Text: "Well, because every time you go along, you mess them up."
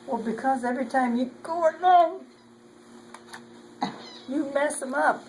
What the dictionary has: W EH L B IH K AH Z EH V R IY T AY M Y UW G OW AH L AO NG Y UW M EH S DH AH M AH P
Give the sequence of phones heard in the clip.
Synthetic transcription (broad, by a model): W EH L B IH K AH Z EH V R IY T AY M Y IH G OW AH N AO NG Y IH M EH S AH M AH P